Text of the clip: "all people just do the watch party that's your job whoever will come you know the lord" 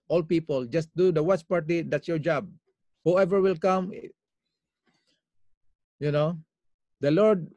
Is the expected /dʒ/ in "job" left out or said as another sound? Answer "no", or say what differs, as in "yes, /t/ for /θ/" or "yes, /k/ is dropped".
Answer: no